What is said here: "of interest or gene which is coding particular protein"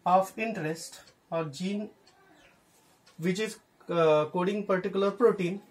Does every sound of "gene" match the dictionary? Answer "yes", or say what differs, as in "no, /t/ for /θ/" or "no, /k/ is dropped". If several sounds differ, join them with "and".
yes